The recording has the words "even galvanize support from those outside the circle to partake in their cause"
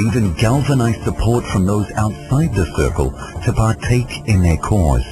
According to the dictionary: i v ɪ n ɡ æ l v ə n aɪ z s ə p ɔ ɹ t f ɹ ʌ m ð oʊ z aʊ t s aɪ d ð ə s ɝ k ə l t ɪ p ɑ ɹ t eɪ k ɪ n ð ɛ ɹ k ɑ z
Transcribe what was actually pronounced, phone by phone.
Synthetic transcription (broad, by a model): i v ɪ n ɡ æ l v ə n aɪ z s ə p ɔ ɹ t f ɹ ʌ m ð oʊ z aʊ t s aɪ d ð ə s ɝ k ə l t ɪ p ɑ ɹ t eɪ k ɪ n ð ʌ ɹ k ɑ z